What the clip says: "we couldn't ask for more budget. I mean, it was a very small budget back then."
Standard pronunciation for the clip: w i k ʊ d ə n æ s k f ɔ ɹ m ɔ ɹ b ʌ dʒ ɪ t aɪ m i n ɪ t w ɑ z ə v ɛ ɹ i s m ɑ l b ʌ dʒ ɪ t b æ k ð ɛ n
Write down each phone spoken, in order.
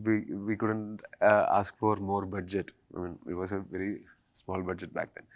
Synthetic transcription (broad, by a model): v i k ʊ d ə n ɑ s k f ɔ ɹ m ɔ ɹ b ʌ dʒ ɪ t aɪ m i n ɪ t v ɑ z ə v ɛ ɹ i s m ɑ l b ʌ dʒ ɪ t b æ k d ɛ n